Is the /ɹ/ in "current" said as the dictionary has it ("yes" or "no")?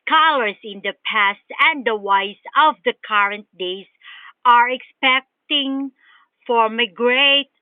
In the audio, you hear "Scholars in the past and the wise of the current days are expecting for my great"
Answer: yes